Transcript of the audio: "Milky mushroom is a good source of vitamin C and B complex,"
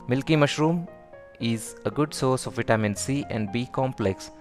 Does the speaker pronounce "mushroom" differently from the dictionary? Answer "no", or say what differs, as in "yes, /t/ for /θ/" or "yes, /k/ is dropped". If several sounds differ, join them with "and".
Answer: no